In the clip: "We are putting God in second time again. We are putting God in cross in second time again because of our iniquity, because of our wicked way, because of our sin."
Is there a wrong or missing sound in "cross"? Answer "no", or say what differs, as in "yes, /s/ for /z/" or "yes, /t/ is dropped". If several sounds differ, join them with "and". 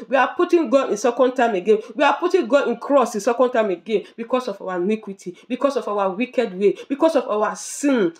no